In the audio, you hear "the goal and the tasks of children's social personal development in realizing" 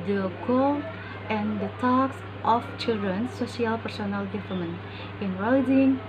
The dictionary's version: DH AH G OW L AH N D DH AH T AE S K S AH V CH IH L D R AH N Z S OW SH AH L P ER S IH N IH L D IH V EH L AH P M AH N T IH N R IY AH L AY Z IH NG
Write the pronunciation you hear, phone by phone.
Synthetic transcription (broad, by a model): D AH G OW L AH N D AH T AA K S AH F CH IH L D R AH N S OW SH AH L P ER S IH N IH L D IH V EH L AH M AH N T IH N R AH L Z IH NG